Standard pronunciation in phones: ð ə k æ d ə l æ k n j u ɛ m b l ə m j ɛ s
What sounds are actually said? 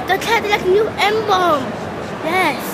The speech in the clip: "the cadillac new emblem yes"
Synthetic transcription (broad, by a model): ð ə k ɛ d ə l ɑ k n j u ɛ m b ə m j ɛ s